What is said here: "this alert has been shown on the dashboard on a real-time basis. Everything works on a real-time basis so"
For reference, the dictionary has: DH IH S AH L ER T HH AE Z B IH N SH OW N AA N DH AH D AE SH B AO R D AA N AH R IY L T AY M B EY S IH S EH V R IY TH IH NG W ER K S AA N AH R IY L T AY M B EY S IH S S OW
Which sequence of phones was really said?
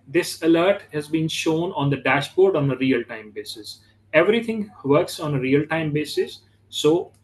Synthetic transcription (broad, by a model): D IH S AH L ER T HH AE Z B IH N SH OW N AA N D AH D AE SH B AO R D AA N AH R IY L T AY M B EY S IH S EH V R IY T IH NG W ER K S AA N AH R IY L T AY M B EY S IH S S OW